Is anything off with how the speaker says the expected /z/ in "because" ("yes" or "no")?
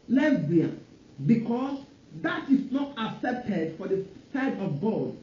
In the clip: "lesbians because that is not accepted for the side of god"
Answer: yes